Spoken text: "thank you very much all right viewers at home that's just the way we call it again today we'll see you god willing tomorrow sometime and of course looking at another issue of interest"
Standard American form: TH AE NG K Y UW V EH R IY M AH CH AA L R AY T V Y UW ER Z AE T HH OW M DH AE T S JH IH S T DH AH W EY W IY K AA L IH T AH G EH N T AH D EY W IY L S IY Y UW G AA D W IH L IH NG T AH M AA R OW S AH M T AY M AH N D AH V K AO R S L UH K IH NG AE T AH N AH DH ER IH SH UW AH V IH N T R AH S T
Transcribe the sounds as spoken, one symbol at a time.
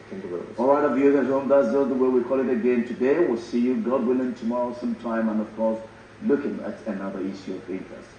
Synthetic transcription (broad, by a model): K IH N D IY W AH AA L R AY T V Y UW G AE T HH OW M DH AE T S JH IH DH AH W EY W IY K AA L IH T AH G EH N T AH D EY W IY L S IY Y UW G AA D W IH L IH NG T AH M AA R OW S AH M T AY M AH N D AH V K AO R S L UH K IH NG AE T AH N AH DH ER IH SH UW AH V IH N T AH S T